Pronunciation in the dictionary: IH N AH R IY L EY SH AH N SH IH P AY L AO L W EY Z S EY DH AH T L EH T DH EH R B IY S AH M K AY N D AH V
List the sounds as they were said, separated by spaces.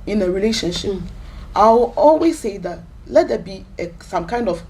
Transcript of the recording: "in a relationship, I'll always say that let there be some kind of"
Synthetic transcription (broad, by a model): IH N AH R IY L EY SH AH N SH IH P AY W AO L W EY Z S EY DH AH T L EH T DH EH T B IY S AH M K AY N D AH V